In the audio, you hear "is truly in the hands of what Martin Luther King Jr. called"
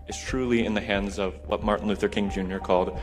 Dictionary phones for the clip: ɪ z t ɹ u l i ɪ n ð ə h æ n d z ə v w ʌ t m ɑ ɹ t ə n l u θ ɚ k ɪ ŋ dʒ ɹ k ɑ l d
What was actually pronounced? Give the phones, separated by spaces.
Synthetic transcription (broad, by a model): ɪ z t ɹ u l i ɪ n ð ə h æ n d z ə v w ʌ t m ɑ ɹ t n l u θ ɚ k ɪ ŋ dʒ ɹ k ɑ l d